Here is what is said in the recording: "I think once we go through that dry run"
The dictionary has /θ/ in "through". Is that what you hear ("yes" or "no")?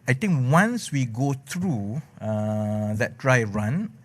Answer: no